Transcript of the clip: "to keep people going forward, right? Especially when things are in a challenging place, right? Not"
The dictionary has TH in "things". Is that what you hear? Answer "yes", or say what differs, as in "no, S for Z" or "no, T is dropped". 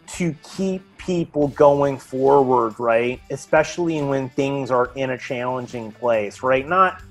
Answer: yes